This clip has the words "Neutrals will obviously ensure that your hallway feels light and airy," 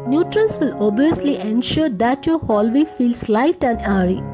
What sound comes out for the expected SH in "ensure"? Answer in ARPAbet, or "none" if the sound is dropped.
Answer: SH